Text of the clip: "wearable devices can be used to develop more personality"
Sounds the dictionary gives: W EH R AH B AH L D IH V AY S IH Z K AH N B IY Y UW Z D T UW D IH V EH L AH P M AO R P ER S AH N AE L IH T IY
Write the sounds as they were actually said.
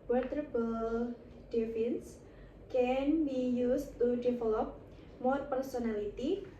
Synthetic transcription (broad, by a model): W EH R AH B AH L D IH F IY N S K AH N B IY Y UW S T UW D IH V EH L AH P M AO R P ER S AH N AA L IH T IY